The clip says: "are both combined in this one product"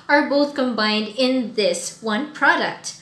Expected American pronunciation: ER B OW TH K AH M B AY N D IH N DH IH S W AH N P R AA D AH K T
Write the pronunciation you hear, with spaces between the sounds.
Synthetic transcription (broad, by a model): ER B OW TH K AH M B AY N D IH N DH IH S W AH N P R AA D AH K T